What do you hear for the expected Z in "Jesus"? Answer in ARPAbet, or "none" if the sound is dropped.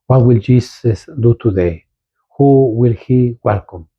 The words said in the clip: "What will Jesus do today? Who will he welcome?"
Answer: S